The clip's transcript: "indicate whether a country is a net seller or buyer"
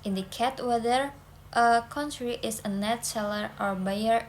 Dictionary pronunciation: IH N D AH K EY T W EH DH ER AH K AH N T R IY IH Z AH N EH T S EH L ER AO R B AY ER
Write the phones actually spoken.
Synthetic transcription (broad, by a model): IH N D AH K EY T W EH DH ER AH K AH N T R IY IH S AH N EH T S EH L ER AO R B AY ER